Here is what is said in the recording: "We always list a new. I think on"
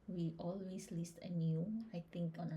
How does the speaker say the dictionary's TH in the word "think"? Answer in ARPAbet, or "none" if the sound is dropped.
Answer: T